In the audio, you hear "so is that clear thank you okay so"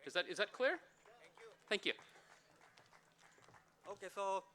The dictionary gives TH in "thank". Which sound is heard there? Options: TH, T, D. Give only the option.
TH